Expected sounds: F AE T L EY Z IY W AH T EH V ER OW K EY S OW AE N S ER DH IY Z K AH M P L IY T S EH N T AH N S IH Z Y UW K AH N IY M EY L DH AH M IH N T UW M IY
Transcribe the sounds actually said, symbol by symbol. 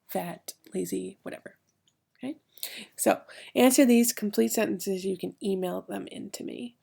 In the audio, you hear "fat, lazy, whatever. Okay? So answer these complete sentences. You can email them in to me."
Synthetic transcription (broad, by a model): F AE T L EY Z IY W AH T EH V ER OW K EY S OW AE N S ER DH IY Z K M P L IY T S EH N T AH N S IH Z Y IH K AH N IY M EY L DH AH M IH N T UW M IY